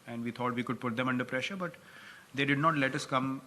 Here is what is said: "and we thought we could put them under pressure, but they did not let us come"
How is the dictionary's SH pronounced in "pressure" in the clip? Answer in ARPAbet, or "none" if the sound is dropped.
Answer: SH